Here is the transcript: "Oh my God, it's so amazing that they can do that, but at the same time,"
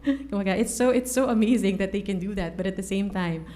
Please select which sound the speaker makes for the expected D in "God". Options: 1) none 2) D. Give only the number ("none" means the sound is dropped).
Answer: 1